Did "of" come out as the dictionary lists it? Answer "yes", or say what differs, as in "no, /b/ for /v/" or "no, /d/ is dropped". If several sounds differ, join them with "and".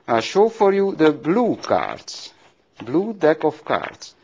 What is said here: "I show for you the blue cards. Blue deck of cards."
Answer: no, /f/ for /v/